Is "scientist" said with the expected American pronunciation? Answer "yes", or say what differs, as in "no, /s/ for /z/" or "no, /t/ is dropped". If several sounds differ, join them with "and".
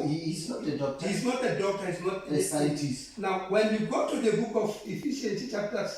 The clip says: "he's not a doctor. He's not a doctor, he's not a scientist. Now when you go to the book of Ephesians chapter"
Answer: no, /n/ is dropped